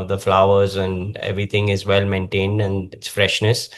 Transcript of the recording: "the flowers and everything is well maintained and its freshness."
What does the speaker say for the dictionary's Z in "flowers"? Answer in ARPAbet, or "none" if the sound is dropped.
Z